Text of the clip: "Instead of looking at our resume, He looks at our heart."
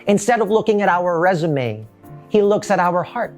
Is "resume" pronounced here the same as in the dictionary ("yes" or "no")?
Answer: yes